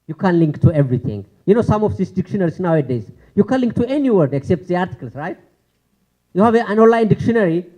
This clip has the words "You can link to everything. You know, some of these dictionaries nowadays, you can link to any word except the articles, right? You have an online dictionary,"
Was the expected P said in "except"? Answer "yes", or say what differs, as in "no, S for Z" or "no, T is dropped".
yes